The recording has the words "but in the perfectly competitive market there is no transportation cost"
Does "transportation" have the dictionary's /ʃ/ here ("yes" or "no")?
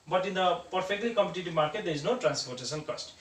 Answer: no